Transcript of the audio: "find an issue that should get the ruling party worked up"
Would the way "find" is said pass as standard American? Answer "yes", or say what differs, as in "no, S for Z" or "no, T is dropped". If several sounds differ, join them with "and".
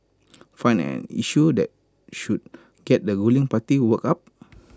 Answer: no, D is dropped